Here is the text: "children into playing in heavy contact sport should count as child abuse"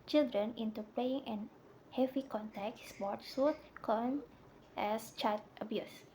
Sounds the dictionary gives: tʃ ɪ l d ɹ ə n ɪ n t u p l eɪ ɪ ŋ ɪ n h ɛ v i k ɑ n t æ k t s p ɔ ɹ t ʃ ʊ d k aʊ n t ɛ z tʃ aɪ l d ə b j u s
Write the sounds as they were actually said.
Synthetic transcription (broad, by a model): tʃ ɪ l d ɹ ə n ɪ n t u p l eɪ ɪ ŋ ɪ n h ɛ v i k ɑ n t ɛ k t s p ɔ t s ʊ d k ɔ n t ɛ s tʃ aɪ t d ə b j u s